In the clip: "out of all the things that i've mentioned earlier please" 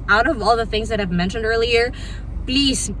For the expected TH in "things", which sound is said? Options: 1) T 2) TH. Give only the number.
2